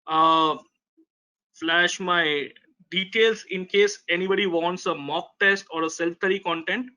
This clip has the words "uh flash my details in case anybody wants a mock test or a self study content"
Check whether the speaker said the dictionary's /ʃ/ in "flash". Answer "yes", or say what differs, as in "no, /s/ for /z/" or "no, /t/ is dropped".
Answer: yes